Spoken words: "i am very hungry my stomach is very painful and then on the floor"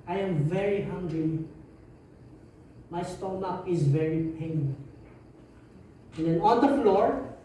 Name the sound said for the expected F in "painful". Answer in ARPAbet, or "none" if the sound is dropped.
none